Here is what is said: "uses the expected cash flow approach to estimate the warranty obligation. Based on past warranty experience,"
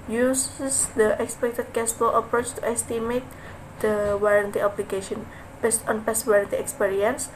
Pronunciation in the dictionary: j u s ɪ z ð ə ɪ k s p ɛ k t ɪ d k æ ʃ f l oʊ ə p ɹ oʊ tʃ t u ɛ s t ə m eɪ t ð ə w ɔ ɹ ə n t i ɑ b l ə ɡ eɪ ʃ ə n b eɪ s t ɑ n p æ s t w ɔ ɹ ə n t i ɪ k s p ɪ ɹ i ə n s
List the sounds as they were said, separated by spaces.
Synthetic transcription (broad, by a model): j u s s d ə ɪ k s p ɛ k t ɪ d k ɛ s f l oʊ ə p ɹ oʊ tʃ t u ɛ s t ə m eɪ t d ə w ɔ ɹ ə n t i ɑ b l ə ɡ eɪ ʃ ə n b eɪ s t ɑ n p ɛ s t w ɔ ɹ ə n t i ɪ k s p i ɹ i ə n s